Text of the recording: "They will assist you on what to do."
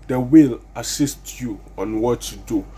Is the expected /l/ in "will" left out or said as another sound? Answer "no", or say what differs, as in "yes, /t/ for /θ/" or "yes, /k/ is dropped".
no